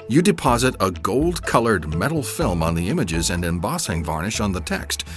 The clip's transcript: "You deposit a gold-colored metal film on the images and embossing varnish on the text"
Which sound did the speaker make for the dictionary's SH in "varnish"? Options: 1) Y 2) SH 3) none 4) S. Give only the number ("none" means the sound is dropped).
2